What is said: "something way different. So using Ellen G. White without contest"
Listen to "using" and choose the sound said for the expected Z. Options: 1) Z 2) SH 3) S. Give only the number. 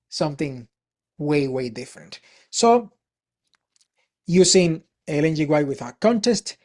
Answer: 3